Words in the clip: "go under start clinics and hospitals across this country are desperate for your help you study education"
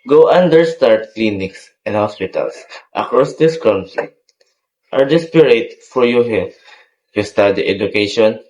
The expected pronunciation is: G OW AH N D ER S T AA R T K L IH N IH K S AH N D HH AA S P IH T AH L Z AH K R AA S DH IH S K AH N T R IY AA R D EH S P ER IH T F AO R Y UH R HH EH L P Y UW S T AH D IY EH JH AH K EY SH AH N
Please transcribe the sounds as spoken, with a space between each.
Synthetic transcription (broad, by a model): G OW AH N D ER S T AA R T K L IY N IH K S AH N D HH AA S P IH T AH L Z AH K R AA S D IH S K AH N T IY AA R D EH S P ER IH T F AO R Y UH HH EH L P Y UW S T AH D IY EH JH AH K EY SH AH N